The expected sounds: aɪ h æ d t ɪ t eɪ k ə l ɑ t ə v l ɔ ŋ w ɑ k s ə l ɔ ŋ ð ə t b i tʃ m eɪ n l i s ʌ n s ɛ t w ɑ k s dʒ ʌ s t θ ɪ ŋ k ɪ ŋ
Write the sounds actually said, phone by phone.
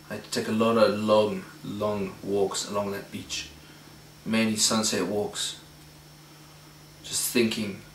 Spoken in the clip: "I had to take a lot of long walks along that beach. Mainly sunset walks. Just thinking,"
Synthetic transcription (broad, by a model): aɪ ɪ t eɪ k ə l ɑ t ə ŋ l ɔ ŋ w ɑ k s ə l ɔ ŋ ð ə t b i tʃ m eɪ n i s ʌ n s ɛ t w ɑ k s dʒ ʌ s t θ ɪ ŋ k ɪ ŋ